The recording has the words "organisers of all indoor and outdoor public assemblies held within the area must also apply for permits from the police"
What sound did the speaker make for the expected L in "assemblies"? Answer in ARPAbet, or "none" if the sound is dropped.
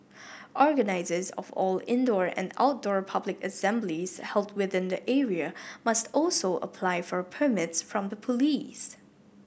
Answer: L